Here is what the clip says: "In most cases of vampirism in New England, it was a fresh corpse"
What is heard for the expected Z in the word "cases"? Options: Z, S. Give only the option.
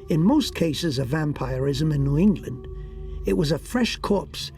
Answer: Z